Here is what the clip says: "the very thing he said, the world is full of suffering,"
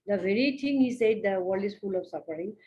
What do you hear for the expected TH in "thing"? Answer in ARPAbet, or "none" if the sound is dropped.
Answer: T